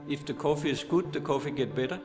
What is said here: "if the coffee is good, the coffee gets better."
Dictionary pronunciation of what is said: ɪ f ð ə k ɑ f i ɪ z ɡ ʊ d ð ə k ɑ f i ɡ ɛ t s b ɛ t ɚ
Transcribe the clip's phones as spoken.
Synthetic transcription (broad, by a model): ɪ f ð ə k ɑ f i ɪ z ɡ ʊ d ð ə k ɑ f i ɡ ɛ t b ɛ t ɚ